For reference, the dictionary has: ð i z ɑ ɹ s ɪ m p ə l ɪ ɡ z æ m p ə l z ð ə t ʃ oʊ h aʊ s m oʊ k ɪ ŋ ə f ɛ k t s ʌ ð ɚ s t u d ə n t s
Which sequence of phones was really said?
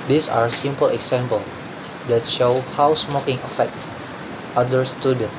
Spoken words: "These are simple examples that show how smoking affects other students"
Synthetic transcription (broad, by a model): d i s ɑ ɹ s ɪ m p ə l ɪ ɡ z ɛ m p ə l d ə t ʃ oʊ h aʊ s m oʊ k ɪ ŋ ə f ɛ k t ʌ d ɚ s t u d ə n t